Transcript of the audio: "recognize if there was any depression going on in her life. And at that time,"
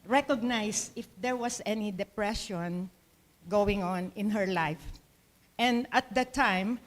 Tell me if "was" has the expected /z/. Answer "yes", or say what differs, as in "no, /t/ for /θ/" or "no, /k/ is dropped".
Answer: no, /s/ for /z/